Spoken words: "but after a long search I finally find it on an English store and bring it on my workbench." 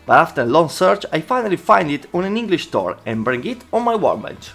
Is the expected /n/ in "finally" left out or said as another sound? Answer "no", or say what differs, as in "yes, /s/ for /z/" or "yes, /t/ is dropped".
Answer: no